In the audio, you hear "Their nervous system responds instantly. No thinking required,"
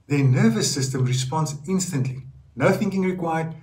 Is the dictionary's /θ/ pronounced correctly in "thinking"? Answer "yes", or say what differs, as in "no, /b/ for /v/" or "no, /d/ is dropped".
yes